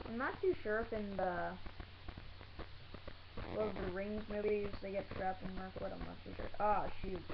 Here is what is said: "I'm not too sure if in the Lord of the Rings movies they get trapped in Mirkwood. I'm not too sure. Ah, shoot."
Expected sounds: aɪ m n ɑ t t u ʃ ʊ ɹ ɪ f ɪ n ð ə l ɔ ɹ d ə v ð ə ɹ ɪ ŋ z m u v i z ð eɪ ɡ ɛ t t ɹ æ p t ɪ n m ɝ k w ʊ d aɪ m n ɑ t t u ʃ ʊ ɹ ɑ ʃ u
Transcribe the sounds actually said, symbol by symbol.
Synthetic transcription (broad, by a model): aɪ m n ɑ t t u ʃ ʊ ɹ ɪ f ɪ n ð ə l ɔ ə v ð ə ɹ ɪ ŋ z m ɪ b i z ð eɪ ɡ ɛ t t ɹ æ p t ɪ n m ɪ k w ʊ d aɪ m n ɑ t t u ʃ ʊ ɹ ɑ ʃ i